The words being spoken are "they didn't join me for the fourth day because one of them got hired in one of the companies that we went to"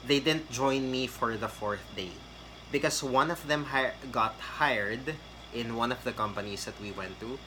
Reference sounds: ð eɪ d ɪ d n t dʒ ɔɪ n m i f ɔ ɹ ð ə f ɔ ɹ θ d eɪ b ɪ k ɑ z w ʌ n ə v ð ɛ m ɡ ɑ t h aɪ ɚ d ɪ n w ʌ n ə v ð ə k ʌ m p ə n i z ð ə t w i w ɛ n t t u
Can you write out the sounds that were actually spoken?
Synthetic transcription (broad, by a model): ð eɪ d ɪ d n t dʒ ɔɪ n m i f ɔ ɹ ð ə f ɔ ɹ θ d eɪ b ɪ k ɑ s w ʌ n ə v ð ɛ m ɡ ɑ t h aɪ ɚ d ɪ n w ʌ n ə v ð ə k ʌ m p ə n i s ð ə t w i w ɛ n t t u